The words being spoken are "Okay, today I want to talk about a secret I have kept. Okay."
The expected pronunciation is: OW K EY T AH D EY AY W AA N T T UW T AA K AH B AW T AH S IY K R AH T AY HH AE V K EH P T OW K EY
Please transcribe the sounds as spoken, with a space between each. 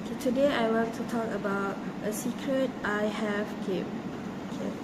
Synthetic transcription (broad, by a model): K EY T AH D EY AY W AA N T T UW T AA K AH B AW T AH S IY K R AH T AY HH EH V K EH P OW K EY